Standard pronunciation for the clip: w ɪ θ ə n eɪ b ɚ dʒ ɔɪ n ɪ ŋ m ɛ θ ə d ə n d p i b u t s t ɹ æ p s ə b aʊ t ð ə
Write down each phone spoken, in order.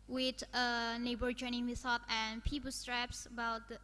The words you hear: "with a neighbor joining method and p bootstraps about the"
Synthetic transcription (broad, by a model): w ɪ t ə n eɪ b ɚ dʒ ɔɪ n ɪ ŋ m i s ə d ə n p i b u s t ɹ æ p s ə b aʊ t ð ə